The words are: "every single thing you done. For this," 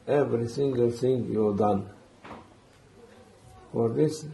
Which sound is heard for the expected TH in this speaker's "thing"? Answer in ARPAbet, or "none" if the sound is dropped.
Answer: S